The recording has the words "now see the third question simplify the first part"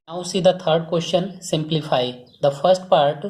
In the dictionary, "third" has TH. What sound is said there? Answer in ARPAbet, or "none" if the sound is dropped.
T